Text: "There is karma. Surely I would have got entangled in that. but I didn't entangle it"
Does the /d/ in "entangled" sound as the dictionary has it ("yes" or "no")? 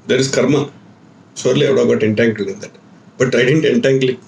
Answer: no